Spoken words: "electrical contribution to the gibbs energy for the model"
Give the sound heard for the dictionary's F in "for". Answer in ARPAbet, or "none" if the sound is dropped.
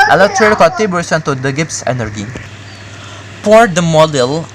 P